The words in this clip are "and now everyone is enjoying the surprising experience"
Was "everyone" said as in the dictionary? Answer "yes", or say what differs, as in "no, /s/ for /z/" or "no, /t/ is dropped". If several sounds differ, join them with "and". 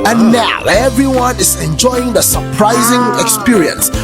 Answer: yes